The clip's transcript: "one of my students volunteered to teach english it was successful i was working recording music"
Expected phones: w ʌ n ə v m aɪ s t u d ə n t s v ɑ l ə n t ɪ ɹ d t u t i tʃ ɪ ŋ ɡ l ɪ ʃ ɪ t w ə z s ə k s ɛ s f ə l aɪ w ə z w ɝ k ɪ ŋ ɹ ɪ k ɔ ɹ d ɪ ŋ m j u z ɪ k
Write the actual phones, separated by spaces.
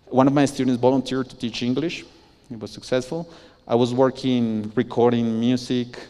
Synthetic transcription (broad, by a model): w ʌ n ə v m aɪ s t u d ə n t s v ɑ l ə n t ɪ ɹ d t u t i tʃ ɪ ŋ ɡ l ɪ ʃ ɪ t w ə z s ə k s ɛ s f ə l aɪ w ə z w ɝ k ɪ ŋ ɹ ɪ k ɔ ɹ d ɪ ŋ m j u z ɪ k